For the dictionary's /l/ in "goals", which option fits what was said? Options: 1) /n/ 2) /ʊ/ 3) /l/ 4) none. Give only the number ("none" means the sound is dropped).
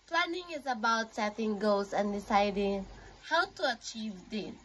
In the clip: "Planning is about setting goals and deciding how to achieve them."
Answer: 4